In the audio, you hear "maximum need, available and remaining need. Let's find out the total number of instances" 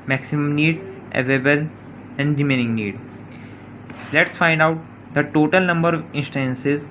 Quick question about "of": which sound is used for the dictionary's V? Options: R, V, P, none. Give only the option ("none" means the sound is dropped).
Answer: V